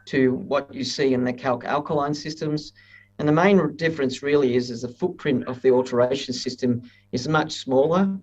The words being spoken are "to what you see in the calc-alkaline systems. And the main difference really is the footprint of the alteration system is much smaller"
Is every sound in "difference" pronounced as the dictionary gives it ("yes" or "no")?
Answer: yes